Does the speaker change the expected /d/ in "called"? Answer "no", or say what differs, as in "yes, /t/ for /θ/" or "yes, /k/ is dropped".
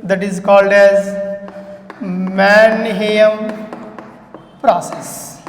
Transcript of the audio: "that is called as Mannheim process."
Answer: no